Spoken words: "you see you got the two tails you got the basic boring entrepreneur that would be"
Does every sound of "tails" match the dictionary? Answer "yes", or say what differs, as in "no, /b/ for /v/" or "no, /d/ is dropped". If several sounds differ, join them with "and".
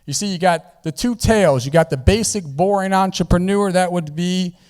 yes